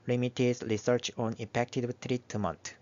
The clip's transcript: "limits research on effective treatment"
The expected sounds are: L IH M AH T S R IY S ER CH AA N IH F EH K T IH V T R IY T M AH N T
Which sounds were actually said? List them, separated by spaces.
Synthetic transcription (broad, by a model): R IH M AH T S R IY S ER CH AA N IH P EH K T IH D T R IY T M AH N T